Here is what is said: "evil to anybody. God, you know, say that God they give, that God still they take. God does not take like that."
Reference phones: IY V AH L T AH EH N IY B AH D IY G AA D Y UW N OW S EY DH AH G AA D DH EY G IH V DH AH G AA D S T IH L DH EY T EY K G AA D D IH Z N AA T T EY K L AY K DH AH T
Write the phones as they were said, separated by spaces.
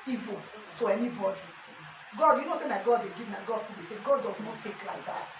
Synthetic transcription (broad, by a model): IY V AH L T AH EH N IY B AH D IY G AA D Y UW N OW S EY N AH G AA D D EY G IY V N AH G AA D S T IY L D EY T EY K G AA D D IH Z N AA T T EY K L AY K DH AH T